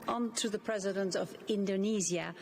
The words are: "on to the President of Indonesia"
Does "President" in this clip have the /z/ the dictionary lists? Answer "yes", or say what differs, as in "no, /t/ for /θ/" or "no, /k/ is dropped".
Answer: yes